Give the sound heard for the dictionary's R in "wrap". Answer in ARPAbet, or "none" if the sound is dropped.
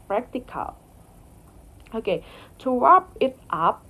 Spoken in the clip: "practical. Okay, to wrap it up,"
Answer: W